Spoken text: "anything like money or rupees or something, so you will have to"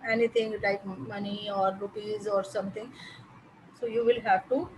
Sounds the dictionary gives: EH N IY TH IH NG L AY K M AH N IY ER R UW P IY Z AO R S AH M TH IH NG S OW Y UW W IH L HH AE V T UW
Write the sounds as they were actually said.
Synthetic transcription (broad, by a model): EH N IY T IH NG L AY K M AH N IY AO R UW P IY Z AO R S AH M T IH NG S OW Y UW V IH L HH AE V T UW